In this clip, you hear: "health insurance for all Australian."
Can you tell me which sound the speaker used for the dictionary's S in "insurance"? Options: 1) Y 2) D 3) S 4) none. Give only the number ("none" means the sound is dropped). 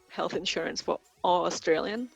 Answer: 3